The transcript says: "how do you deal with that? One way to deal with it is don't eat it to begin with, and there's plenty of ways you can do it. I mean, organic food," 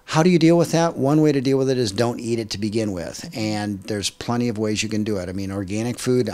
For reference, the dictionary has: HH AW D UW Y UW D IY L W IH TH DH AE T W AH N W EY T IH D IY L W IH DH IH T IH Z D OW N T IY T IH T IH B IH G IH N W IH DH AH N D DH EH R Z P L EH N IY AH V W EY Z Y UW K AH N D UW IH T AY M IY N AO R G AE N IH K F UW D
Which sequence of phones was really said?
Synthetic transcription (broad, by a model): HH AW D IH Y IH D IY L W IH DH AE T W AH N W EY T IH D IY L W IH DH IH T IH Z D OW N T IY T IH T IH B IH G IH N W IH DH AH N DH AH R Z P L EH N IY AH V W EY Z Y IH K AH N D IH IH T AY M IY N AO R G AE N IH K F UW D